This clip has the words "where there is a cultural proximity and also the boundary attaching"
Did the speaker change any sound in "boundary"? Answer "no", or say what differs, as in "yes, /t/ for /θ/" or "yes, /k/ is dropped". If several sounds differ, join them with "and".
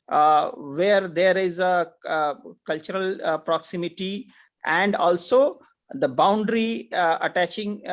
no